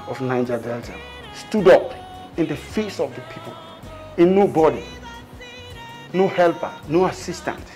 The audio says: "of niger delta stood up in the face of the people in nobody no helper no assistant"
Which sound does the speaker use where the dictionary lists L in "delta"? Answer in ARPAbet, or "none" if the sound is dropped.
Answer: L